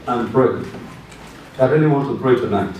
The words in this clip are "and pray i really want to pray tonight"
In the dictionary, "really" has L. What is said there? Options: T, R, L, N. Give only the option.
N